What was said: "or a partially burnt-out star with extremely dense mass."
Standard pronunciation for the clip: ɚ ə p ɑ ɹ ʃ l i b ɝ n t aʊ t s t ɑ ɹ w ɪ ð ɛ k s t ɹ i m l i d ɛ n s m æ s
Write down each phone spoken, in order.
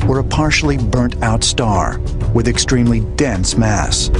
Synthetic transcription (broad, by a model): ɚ ə p ɑ ɹ ʃ l i b ɝ n t aʊ t s t ɑ ɹ w ɪ ð ɛ k s t ɹ i m l i d ɛ n s m æ s